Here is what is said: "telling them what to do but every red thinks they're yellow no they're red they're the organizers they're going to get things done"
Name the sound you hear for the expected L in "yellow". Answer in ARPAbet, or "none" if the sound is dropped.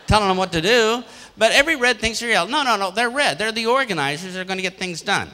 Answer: N